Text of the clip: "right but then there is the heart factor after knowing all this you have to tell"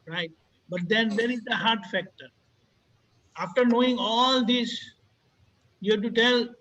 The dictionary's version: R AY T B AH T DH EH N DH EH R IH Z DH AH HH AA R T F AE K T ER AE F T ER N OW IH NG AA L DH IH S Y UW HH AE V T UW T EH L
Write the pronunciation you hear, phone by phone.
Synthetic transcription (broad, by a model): R AY T B AH T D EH N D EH R IH Z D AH HH AA R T F AE K T ER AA F T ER N OW IH NG AA L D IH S Y UW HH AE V T UW T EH L